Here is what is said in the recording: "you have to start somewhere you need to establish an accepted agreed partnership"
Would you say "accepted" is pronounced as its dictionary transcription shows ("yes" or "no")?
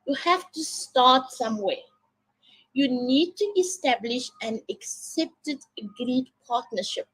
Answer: yes